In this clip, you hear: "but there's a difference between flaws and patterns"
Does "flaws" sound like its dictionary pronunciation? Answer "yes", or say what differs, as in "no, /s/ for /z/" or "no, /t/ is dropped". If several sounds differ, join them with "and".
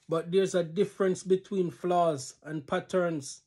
yes